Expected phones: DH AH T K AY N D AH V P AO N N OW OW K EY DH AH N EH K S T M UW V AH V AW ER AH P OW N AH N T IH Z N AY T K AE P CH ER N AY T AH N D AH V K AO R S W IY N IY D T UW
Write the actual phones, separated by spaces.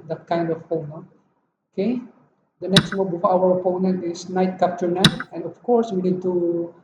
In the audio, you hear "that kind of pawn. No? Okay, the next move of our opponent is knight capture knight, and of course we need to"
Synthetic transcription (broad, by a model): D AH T K AY N D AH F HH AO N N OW OW K EY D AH N EH K S T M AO P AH F AW ER AH P OW N AH N T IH S N AY T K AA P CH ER N AY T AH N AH F K AO R S W IY N IY D T UW